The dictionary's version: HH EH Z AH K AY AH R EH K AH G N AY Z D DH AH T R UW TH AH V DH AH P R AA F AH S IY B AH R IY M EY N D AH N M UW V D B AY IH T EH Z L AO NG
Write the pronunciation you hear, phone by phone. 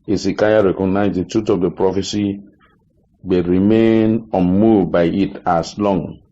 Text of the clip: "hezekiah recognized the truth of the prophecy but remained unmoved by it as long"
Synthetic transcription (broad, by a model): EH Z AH K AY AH R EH K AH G N AY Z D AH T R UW T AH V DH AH P R AA F AH S IY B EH R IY M EY N AH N M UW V B AY IH T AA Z L AO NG